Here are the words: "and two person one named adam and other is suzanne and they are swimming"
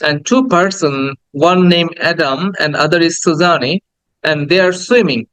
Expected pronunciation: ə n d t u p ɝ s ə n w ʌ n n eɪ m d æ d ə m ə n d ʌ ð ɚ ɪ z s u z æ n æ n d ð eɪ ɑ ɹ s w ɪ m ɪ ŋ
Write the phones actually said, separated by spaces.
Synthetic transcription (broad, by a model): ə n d t u p ɝ s ə n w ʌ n n eɪ m æ d ə m ə n d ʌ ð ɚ ɪ z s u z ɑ n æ n d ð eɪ ɑ ɹ s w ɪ m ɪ ŋ